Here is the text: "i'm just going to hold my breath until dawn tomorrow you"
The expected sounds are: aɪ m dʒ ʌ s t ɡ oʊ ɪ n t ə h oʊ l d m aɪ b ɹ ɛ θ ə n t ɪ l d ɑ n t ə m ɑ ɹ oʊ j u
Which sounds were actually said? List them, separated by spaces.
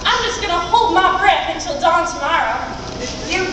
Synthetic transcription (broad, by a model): aɪ m dʒ ʌ s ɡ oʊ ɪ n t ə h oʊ l d m aɪ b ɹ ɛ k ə n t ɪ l d ɑ n t ə m ɑ ɹ oʊ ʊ